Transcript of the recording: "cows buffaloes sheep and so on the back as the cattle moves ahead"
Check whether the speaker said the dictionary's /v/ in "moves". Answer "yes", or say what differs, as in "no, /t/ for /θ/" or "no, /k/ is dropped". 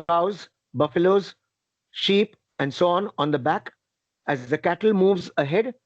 yes